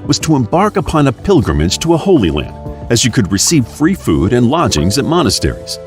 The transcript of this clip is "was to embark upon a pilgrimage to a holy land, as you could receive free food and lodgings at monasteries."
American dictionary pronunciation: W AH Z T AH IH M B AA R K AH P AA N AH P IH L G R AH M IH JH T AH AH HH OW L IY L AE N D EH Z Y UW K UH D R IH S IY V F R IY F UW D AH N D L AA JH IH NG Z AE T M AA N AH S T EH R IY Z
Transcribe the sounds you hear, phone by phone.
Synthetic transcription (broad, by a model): W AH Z T AH IH M B AA R K AH P AA N AH P IH L G R AH M IH JH T AH AH HH OW L IY L AE N D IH Z Y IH K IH D R IH S IY V F R IY F UW D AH N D L AA JH IH NG Z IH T M AA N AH S T EH R IY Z